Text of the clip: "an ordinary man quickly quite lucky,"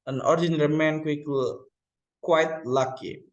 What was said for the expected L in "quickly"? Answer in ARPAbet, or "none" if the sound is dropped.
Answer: none